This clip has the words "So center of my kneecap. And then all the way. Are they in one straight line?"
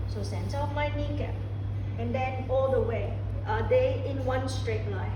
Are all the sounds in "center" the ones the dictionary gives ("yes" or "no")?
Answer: no